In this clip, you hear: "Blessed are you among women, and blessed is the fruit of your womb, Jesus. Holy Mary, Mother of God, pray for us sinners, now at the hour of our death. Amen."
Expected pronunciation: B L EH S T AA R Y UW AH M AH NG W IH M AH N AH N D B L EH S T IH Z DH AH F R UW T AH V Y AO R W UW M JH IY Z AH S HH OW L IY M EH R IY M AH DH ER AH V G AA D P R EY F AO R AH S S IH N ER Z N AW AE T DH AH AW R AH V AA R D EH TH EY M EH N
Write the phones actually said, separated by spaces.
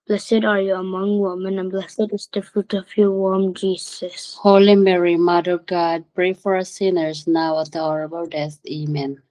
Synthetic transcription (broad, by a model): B L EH S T AA R Y UW AH M AH NG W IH M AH N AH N B L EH S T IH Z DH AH F R UW T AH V Y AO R W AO M JH IY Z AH S HH OW L IY M EH R IY M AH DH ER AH G AA D P R EY F AO R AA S S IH N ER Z N AW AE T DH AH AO R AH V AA L D EH TH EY M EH N